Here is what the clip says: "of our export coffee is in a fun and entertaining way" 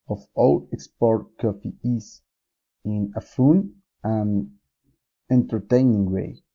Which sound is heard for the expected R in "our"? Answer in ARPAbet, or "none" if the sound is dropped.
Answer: L